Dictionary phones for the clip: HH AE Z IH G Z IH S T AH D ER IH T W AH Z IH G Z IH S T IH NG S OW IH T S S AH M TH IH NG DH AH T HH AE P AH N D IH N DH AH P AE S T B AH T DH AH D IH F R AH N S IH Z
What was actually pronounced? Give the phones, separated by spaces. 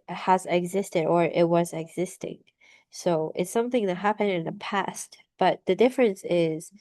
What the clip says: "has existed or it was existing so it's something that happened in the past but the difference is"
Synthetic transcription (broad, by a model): HH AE Z IH G Z IH S T AH D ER IH T W AH Z IH G Z IH S T IH NG S OW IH T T S AH M TH IH NG DH AH T HH AE P AH N D IH N DH AH P AE S T B AH T DH AH D IH F R AH N S IH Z